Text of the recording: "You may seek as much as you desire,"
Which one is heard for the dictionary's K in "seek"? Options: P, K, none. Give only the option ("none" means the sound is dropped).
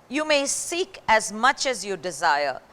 K